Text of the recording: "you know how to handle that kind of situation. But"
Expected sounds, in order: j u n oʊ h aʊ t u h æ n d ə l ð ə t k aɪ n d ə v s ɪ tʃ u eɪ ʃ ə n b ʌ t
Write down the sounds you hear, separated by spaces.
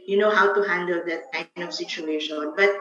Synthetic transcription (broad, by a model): j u n oʊ h aʊ t u h æ n d ə l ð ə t k aɪ n d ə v s ɪ tʃ u eɪ ʃ ə n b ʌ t